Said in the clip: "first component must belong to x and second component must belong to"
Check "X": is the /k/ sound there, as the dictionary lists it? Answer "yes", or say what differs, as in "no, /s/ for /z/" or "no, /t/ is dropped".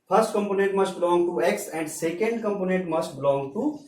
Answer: yes